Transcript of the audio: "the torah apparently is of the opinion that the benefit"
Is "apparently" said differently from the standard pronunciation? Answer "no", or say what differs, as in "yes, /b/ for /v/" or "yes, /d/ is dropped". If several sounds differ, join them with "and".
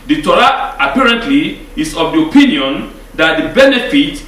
no